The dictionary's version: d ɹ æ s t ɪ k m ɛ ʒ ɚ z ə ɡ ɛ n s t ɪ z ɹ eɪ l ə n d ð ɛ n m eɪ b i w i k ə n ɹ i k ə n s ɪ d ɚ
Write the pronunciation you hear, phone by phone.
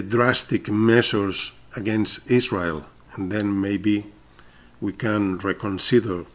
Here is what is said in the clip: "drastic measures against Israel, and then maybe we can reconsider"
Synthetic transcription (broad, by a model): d ɹ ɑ s t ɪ k m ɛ s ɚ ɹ ə ɡ ɛ n s t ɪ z ɹ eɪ l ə n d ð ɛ n m eɪ b i w i k ə n ɹ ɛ k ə n s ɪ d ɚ